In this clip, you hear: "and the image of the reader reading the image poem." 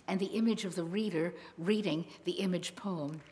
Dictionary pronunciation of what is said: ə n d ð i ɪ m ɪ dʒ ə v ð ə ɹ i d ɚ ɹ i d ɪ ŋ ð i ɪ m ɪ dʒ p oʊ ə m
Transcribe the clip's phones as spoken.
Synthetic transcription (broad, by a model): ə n ð i ɪ m ɪ dʒ ə v ð ə ɹ i d ɚ ɹ i d ɪ ŋ ð i ɪ m ɪ dʒ p oʊ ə m